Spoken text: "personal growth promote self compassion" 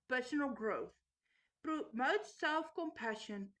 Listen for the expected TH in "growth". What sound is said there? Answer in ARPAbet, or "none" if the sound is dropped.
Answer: TH